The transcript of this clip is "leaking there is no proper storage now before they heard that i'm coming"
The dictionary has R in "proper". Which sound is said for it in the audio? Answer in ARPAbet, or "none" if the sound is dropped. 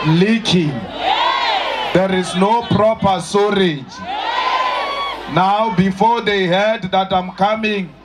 R